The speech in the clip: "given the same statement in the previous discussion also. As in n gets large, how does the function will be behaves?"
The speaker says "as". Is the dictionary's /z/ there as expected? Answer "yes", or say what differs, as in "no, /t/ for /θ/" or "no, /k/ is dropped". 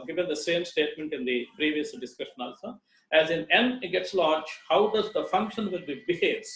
yes